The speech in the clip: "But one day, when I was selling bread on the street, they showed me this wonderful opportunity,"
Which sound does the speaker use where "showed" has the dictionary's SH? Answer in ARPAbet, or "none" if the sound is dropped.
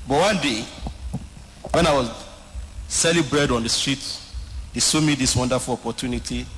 S